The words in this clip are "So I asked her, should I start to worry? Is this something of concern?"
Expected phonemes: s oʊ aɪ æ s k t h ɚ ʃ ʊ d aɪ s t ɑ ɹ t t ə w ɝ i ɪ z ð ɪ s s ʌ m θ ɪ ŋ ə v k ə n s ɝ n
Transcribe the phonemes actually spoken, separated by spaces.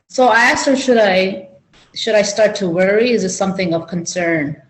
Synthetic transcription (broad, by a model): s oʊ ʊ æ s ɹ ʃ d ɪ ʃ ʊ d aɪ s t ɑ ɹ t t ə w ɝ i ɪ z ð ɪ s s ʌ m θ ɪ ŋ ə v k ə n s ɝ n